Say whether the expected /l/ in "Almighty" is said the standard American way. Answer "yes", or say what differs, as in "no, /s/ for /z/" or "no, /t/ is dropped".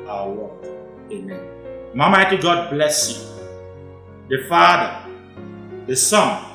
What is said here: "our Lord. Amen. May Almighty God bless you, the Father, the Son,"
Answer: no, /l/ is dropped